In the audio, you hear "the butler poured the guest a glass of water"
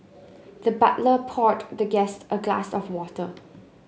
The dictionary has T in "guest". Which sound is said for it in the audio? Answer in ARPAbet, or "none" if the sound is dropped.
T